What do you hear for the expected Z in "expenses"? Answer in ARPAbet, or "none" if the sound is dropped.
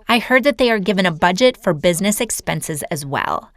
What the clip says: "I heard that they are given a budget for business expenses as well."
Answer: Z